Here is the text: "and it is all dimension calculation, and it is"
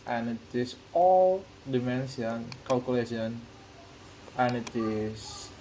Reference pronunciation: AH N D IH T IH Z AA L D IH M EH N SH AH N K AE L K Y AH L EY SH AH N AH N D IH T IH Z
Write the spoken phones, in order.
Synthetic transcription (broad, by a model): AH N IH T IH S AA L D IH M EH N S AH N K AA L K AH L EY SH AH N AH N IH T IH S